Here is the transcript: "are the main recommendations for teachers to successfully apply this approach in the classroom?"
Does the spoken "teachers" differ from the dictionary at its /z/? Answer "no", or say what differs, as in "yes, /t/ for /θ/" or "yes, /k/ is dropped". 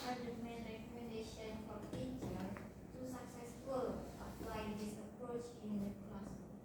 yes, /z/ is dropped